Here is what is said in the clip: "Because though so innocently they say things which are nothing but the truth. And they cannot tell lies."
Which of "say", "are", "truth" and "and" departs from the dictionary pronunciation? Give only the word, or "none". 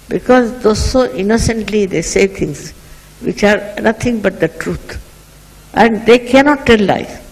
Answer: truth